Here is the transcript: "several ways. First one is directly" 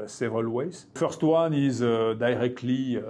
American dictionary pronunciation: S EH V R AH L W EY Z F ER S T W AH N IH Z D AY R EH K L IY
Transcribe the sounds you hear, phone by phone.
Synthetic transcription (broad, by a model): S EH V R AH L W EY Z F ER S T W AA N IH Z D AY R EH K L IY